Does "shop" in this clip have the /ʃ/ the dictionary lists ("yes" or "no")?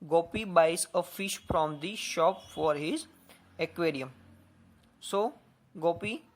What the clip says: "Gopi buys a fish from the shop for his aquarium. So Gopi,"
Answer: yes